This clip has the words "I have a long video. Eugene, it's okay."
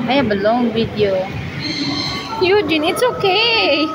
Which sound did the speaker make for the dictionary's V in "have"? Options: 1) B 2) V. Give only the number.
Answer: 1